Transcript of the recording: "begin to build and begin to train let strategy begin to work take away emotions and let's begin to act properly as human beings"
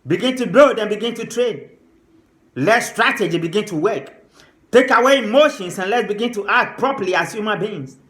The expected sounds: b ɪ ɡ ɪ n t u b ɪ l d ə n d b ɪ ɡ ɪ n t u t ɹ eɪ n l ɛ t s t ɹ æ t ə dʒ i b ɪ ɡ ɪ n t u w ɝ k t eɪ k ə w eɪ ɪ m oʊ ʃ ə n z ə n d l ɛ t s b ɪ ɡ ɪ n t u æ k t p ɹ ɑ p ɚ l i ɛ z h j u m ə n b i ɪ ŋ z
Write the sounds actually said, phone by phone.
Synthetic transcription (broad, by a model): b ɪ ɡ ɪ n t u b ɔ d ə n b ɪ ɡ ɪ n t u t ɹ eɪ n l ɛ t s t ɹ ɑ t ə dʒ i b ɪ ɡ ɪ n t u w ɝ k t eɪ k ə w eɪ m oʊ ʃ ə n s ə n l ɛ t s b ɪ ɡ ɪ n t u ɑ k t p ɹ ɑ p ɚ l i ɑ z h j u m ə n b i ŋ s